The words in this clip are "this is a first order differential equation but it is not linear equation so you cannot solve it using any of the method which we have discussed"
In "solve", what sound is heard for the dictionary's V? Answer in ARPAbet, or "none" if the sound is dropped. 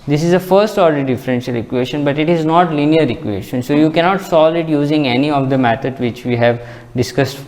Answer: none